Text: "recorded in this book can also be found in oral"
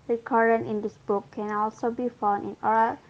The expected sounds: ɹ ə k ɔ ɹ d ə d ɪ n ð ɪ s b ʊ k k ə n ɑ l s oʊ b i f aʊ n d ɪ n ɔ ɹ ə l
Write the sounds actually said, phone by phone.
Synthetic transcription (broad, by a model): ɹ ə k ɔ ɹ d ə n ɪ n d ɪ s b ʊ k k ə n ɑ l s oʊ b i f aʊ n ɪ n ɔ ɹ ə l